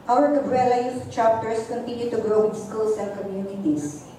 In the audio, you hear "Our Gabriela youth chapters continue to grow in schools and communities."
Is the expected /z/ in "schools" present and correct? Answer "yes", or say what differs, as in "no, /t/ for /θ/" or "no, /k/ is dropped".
no, /s/ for /z/